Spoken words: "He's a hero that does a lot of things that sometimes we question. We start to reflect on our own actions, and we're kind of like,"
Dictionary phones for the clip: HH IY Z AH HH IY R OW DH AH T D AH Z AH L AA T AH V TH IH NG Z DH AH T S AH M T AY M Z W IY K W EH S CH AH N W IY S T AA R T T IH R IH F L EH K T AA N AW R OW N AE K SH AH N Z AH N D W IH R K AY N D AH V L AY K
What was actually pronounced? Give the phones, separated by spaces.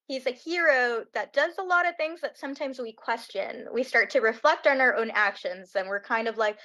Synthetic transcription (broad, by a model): HH IY Z AH HH IY R OW DH AH T D AH Z AH L AA T AH V TH IH NG Z DH AH T S AH M T AY M Z W IY K W EH S CH AH N W IY S T AA R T T IH R IH F L EH K T N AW R OW N AE K SH AH N Z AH N W IH R K AY N D AH V L AY K